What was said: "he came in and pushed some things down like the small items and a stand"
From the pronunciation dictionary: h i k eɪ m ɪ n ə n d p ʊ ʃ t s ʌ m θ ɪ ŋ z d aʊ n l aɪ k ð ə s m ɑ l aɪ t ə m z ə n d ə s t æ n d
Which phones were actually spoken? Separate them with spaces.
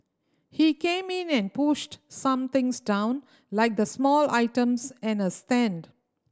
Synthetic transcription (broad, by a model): h i k eɪ m ɪ n ə n d p ʊ ʃ t s ʌ m t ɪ ŋ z d aʊ n l aɪ k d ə s m ɑ l aɪ t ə m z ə n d ə s t æ n d